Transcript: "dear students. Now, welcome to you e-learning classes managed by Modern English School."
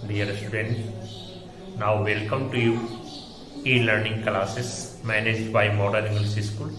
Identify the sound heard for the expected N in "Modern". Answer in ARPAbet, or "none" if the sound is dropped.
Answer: none